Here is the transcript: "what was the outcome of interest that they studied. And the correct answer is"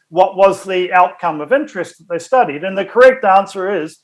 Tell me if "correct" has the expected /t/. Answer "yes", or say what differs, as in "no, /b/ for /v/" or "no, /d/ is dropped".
yes